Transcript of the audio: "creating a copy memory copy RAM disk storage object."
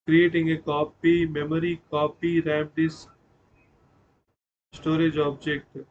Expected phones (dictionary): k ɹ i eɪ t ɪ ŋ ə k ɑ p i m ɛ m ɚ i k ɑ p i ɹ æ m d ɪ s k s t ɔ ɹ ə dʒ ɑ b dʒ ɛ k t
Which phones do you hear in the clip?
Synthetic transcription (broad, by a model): k ɹ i eɪ t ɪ ŋ ə k ɑ p i m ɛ m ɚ i k ɑ p i ɹ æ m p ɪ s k s t ɔ ɹ ə dʒ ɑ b dʒ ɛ k t